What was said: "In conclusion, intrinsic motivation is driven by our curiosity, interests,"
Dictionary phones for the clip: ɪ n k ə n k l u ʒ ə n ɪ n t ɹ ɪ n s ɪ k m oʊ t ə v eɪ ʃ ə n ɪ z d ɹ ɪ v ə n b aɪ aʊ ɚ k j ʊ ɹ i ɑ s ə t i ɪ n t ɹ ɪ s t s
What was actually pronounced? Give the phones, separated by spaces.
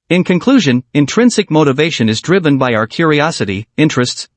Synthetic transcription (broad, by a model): ɪ n k ə n k l u ʒ ə n ɪ n t ɹ ɪ n s ɪ k m oʊ t ə v eɪ ʃ ə n ɪ z d ɹ ɪ v ə n b aɪ aʊ ɚ k j ʊ ɹ i ɑ s ə t i ɪ n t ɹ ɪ s t s